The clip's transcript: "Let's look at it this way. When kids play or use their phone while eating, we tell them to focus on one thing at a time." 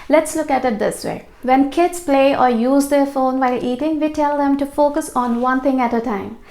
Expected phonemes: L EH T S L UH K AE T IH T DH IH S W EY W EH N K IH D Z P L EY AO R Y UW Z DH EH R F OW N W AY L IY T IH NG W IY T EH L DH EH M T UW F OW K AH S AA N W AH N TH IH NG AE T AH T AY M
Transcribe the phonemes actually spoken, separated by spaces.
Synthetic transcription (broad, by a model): L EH T S L UH K AE T IH T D IH S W EY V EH N K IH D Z P L EY AO R Y UW Z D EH R F OW N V AY L IY T IH NG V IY T EH L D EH M T UW F OW K AH S AA N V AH N T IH NG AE T AH T AY M